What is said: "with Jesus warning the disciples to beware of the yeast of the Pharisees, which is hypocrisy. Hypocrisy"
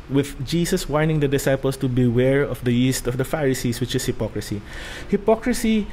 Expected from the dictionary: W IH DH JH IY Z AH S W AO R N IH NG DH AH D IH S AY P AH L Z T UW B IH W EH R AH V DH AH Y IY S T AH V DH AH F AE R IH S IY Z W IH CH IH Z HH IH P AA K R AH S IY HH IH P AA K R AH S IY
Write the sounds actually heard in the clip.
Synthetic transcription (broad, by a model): W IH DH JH IY S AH S W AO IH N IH NG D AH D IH S AY P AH L S T UW B IH W EH R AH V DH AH Y IY S T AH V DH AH F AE R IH S IY S W IH CH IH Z HH IH P AA K R AH S IY HH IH P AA K R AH S IY